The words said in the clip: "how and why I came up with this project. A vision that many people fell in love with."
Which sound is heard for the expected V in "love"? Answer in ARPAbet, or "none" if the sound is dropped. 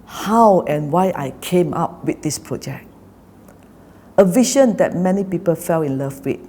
F